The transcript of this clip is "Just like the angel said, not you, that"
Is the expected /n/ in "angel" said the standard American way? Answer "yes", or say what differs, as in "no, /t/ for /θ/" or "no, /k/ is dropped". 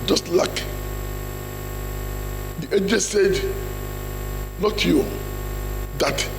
no, /n/ is dropped